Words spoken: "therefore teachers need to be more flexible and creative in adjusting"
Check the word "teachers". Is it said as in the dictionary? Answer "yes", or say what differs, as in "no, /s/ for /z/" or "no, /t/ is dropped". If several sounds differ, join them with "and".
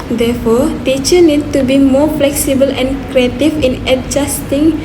no, /z/ is dropped